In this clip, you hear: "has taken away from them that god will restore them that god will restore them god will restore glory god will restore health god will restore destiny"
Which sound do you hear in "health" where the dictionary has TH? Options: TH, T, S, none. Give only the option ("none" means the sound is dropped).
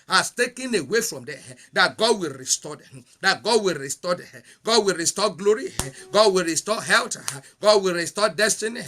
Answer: T